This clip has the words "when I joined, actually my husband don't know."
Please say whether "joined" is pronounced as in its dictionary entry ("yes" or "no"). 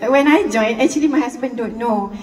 no